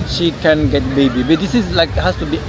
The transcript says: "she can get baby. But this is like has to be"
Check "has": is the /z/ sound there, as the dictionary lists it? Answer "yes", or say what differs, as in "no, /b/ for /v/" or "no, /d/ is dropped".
no, /s/ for /z/